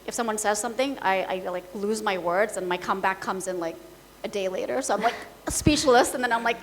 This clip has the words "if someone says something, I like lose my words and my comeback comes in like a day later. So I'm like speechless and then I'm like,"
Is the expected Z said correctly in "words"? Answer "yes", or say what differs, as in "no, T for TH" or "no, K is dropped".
yes